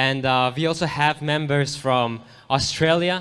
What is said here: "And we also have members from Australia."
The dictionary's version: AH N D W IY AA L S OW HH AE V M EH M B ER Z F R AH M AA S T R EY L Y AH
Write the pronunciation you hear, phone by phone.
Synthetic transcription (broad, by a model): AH N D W IY AA L S OW HH AE V M EH M B ER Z F R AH M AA S T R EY L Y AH